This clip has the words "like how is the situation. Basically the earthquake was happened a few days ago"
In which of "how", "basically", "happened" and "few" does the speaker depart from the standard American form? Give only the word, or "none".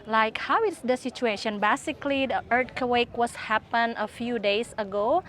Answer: happened